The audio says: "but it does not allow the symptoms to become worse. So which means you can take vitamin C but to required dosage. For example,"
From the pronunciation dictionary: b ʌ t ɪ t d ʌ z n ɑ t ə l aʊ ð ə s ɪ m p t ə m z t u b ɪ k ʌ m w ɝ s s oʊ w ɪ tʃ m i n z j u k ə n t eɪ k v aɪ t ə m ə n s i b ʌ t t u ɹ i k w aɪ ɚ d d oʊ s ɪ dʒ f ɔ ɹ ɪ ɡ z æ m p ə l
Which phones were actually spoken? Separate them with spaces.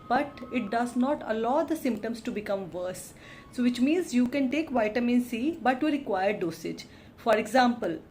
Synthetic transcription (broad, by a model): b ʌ t ɪ t d ʌ z n ɑ t ə l aʊ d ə s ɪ m p t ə m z t u b ɪ k ʌ m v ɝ s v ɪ tʃ m i n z j u k ə n t eɪ k v aɪ t ə m ə n s i b ʌ t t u ɹ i k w aɪ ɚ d d oʊ s ɪ dʒ f ɔ ɹ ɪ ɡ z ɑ m p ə l